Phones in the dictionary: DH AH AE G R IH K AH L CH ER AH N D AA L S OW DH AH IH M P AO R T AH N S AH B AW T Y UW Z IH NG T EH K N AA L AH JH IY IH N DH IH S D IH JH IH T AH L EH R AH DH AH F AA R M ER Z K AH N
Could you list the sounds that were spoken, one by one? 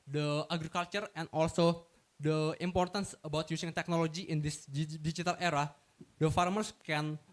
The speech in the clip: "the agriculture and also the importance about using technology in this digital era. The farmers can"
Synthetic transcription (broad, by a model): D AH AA G R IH K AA L CH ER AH N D AA L S OW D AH IH M P AO R T AH N S AH B AW T Y UW S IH NG T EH K N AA L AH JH IY IH N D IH S D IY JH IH T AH L EH R AH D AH F AA R M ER S K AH N